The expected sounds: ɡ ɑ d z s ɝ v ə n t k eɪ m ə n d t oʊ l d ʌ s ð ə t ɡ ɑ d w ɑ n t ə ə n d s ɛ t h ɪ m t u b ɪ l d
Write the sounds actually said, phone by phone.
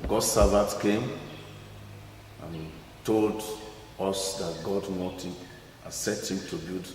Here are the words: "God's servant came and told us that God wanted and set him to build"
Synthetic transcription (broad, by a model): ɡ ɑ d s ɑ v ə t k eɪ m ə n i t oʊ l d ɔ s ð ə t ɡ ɑ d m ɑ t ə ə s ɛ t h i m t u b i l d